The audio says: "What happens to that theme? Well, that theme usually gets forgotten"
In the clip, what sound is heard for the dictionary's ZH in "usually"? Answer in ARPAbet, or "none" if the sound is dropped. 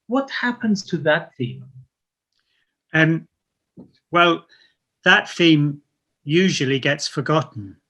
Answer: ZH